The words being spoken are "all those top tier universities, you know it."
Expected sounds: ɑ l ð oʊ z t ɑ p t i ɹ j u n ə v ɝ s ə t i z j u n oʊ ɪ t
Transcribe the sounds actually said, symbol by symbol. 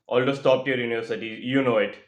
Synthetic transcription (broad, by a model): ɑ l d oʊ s t ɑ p t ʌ ɹ j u n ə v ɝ s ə t i j u n oʊ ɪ t